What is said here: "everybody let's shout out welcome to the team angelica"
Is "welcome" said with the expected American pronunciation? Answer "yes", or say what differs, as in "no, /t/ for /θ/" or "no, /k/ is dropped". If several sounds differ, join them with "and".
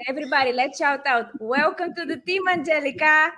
no, /w/ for /l/